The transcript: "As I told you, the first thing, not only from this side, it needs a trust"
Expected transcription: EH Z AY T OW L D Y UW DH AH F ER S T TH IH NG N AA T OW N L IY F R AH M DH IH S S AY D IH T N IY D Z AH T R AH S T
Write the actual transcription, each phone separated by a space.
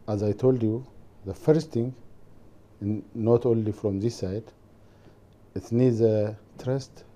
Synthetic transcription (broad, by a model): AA Z AY T OW L D Y UW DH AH F ER S T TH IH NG N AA T OW N L IY F R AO M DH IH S S AY D IH T N IY D Z AH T R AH S T